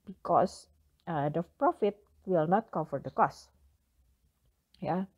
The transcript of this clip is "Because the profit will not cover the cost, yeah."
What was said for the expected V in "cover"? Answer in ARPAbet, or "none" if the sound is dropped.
F